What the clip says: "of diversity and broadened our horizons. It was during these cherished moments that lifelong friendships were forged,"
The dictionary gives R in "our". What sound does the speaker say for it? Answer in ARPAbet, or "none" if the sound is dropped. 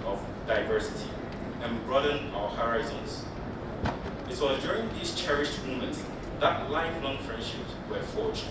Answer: R